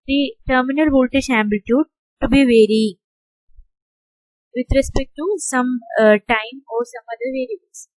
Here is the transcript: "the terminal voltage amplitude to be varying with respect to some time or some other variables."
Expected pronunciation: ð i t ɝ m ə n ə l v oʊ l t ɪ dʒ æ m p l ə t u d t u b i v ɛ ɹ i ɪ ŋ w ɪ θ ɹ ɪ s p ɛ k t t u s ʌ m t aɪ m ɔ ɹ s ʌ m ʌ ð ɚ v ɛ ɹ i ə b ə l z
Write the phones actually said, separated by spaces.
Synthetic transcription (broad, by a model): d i t ɝ m ə n ə l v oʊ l t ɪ ʃ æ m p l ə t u d t u b i v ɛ ɹ i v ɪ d ɹ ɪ s p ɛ k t t u s ʌ m t aɪ m ɔ ɹ s ʌ m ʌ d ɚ v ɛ ɹ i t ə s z